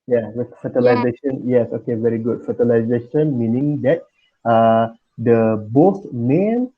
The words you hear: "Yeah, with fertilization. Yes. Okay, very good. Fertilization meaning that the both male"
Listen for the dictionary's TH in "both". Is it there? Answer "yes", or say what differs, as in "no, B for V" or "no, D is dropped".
no, S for TH